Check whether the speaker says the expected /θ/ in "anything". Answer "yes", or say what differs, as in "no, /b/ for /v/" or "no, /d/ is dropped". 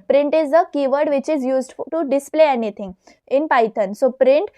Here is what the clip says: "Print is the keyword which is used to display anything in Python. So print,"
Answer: no, /t/ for /θ/